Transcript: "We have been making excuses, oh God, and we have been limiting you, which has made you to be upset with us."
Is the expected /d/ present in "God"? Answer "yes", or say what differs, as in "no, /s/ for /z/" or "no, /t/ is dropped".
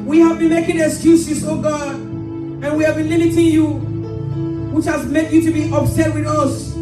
yes